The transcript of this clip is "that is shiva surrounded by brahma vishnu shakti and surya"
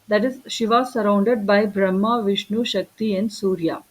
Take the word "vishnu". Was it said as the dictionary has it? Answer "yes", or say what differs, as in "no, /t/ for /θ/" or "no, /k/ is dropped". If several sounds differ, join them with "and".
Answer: yes